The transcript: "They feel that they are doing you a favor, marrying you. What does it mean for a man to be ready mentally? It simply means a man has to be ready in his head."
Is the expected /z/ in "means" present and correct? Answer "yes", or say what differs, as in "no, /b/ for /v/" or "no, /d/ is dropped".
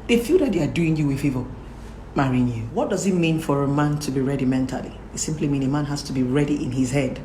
no, /z/ is dropped